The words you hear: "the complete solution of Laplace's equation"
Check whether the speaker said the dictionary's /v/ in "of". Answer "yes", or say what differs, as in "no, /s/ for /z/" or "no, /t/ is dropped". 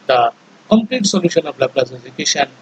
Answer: no, /p/ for /v/